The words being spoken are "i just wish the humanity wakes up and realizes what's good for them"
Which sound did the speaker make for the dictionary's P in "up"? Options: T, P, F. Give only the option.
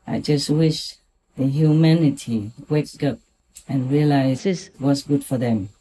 P